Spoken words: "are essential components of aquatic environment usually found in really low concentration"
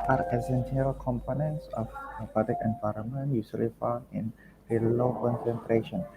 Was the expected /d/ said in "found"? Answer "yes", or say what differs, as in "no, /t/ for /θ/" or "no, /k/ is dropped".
no, /d/ is dropped